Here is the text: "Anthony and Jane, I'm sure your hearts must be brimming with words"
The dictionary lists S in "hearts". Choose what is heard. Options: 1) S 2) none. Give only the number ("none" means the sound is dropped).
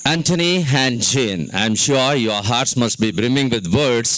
1